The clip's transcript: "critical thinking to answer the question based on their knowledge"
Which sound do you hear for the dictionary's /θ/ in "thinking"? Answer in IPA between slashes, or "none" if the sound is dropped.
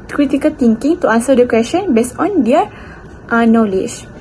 /t/